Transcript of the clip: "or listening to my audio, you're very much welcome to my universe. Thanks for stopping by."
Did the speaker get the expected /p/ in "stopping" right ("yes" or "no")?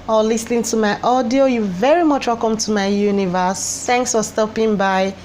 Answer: yes